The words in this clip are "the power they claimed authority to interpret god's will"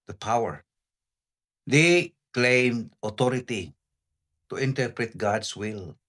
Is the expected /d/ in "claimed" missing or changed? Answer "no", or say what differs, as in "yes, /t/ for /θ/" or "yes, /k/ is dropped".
no